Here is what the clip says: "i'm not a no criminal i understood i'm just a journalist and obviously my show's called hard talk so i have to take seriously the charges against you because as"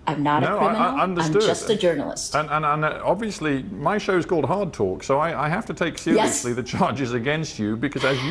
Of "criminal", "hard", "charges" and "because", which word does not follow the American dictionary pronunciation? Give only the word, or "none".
criminal